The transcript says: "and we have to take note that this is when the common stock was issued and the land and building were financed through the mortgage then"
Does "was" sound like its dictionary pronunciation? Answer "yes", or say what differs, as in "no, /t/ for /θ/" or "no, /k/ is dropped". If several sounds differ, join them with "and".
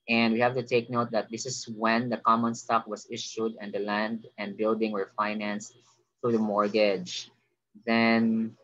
no, /s/ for /z/